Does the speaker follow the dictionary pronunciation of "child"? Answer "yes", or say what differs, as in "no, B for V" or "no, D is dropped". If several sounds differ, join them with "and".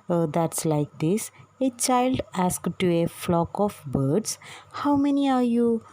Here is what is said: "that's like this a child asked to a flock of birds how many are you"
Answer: yes